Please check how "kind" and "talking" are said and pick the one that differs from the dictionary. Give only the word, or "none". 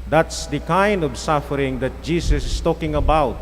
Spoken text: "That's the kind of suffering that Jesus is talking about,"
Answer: none